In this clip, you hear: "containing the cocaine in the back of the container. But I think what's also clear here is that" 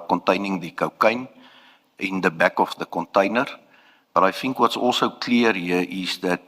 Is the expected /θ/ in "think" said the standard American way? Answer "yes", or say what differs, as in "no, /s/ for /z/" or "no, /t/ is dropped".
no, /f/ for /θ/